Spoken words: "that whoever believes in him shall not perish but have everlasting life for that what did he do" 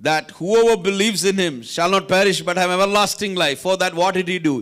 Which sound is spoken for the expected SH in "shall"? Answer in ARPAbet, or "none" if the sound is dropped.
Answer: SH